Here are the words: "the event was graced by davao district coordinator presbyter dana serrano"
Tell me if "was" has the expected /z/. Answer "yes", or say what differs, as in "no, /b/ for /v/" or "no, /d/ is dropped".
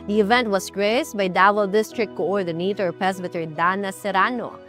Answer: no, /s/ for /z/